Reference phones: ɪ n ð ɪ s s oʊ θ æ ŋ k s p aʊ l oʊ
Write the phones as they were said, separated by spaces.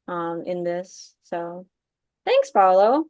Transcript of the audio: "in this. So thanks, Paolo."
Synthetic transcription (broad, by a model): ɪ n ð ɪ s s oʊ θ æ ŋ k s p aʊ l oʊ